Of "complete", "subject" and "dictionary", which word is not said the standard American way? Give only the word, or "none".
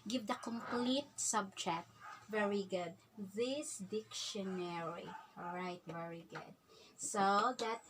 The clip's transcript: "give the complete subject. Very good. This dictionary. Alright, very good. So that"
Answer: subject